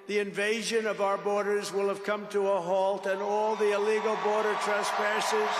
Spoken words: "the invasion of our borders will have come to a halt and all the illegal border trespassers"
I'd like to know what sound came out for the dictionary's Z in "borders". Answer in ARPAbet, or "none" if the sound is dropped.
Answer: Z